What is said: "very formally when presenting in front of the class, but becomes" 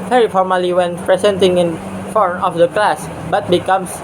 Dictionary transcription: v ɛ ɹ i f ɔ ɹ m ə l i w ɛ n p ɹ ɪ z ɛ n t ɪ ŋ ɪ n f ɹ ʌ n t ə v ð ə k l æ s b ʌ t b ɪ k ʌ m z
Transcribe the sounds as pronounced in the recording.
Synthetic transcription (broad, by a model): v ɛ ɹ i f ɔ ɹ m ə l i w ɛ n p ɹ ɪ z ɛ n t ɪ ŋ ɪ n f ɔ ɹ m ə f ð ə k l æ s b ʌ t b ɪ k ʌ m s